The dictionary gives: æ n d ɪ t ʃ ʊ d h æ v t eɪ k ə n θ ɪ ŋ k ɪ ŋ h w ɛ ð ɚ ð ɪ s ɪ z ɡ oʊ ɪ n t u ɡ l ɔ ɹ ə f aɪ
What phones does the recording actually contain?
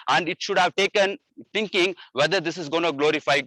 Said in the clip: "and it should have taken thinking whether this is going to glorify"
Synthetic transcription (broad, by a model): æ n d ɪ t ʃ ʊ d h æ v t eɪ k ə n t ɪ ŋ k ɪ ŋ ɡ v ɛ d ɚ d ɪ s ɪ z ɡ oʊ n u ɡ l ɔ ɹ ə f aɪ